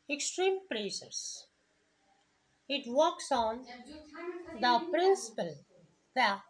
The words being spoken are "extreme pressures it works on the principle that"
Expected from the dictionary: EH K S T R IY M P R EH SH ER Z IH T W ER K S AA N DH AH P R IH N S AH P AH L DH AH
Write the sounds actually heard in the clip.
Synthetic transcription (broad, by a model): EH K S T R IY M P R EH S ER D IH T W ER K S AA N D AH P R IH N S AH P AH L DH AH